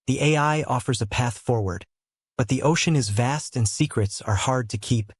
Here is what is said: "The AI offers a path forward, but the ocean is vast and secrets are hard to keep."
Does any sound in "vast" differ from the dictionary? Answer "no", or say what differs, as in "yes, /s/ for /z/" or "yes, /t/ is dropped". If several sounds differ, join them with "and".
no